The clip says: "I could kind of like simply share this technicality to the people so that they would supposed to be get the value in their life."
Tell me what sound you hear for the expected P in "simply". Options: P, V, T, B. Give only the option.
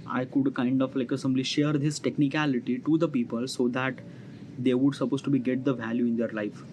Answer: B